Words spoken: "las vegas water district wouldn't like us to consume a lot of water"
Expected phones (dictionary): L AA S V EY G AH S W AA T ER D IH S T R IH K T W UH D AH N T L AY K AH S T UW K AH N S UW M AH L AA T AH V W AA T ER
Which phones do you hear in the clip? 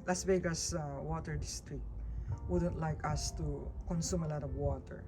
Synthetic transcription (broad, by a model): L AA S B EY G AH S W AA T ER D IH S T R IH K W UH D AH N T L AY K AH S T UW K AH N S UW M AH L AA T AH V W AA T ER